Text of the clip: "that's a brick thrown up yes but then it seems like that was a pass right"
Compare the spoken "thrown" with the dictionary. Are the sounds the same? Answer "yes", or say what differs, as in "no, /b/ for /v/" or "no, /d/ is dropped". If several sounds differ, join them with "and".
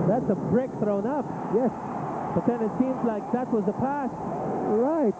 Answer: yes